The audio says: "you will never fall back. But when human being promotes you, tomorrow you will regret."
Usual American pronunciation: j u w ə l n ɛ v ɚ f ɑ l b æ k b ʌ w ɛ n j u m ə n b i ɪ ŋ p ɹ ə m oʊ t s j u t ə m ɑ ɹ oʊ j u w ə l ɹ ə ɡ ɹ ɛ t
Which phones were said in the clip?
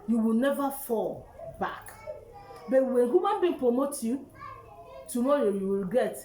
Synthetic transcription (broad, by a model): j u w ə l n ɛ v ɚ f ɑ l b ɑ k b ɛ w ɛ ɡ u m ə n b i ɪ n p ɹ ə m oʊ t j u t ə m ɑ ɹ oʊ j u w ə l ɡ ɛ t